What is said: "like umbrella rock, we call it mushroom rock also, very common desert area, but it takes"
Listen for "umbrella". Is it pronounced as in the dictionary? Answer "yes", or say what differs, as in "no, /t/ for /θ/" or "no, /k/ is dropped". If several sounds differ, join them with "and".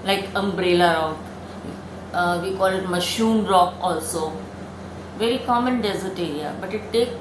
yes